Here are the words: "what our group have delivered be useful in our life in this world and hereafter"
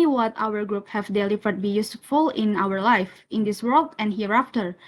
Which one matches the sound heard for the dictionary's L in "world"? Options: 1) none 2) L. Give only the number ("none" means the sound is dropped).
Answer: 2